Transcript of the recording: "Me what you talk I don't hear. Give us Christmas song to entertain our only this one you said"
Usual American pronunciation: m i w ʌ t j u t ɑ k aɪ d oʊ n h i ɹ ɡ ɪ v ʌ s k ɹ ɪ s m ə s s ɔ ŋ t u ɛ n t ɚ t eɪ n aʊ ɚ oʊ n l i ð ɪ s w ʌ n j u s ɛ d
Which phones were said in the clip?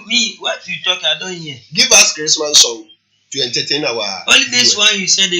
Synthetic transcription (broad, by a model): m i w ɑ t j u t ɑ k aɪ d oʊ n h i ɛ ɡ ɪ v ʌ s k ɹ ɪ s m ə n s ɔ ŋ t u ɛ n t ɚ t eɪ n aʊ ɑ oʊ l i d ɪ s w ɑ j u s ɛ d